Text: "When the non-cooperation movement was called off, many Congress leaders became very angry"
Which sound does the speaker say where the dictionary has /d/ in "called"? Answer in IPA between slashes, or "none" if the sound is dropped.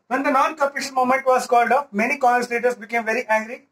/d/